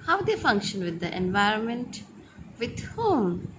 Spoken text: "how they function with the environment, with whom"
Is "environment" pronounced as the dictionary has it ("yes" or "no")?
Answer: yes